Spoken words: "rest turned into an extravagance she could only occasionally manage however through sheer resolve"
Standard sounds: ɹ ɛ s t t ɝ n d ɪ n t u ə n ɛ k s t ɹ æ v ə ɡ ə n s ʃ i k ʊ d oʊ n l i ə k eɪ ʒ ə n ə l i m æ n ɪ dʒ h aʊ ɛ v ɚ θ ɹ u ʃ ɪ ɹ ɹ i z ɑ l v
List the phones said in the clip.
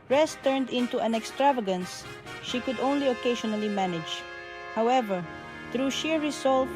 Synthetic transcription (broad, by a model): ɹ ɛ s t t ɝ n d ɪ n t u ə n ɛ k s t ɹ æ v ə ɡ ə n s ʃ i k ʊ d oʊ n l i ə k eɪ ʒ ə n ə l i m æ n ɪ dʒ h aʊ ɛ v ɚ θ ɹ u ʃ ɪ ɹ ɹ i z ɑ l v